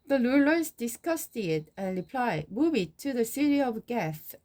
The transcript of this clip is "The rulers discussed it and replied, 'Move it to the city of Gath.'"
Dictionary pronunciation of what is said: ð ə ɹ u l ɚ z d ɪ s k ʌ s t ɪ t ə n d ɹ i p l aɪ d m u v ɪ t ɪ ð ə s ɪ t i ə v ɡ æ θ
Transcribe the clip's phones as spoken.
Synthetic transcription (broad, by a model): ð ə l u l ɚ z d ɪ s k ʌ s t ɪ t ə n ɹ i p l aɪ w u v ɪ t ɪ ð ə s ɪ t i ə v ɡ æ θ